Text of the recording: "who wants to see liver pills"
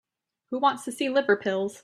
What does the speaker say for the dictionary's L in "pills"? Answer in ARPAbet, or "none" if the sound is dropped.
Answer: L